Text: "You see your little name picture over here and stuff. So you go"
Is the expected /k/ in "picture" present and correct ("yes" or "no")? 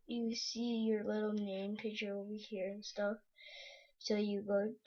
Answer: no